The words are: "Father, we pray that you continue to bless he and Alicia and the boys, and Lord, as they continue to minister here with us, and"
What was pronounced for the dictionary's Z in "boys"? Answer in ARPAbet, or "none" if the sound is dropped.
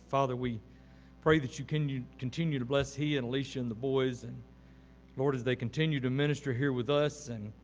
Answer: Z